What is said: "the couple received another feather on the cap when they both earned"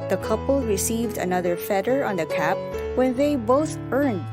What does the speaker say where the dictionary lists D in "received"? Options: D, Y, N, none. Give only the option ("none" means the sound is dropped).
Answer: D